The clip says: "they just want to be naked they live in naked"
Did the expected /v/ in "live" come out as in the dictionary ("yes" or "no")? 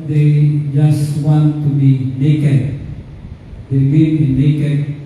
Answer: no